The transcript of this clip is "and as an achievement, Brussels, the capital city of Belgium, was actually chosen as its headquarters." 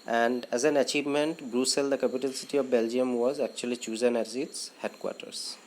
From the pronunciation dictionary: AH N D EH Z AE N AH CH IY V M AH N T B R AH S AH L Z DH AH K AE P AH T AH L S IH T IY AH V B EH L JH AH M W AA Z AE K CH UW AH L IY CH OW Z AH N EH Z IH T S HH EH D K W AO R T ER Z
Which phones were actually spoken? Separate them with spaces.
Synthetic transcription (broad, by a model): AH N D EH Z AE N AH CH IY V M AH N T B R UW S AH L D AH K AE P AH T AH L S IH T IY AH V B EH L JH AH M W AA Z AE K CH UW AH L IY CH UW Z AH N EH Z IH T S HH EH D K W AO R T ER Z